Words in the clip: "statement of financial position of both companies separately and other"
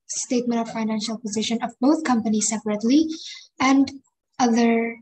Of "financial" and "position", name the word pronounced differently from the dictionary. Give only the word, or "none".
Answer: none